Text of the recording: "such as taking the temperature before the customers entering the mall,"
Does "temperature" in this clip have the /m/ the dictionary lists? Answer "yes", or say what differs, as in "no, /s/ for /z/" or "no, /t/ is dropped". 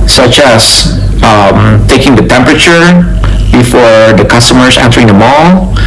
yes